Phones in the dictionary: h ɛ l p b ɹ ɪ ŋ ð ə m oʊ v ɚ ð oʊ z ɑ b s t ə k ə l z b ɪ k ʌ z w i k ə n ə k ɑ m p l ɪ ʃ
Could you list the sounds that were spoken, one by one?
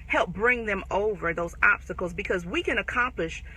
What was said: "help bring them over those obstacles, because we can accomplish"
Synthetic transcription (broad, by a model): h ɛ l p b ɹ ɪ ŋ ð ə m oʊ v ɚ ð oʊ z ɑ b s t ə k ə l z b ɪ k ʌ z w i k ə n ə k ɑ m p l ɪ ʃ